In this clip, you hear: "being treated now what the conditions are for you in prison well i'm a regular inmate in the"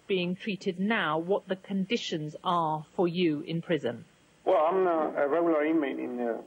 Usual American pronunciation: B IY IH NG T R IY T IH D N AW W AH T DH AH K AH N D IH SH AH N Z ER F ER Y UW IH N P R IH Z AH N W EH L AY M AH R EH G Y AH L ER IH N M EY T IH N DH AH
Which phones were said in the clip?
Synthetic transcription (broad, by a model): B IY IH NG T R IY T IH D N AW W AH T DH AH K AH N D IH SH AH N Z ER F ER Y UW IH N P R IH Z AH N W EH L AY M AH R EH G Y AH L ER IH N M EY T IH N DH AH